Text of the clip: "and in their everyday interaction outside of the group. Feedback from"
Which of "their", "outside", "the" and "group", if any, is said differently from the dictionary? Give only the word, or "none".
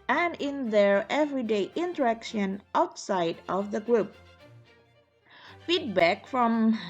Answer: none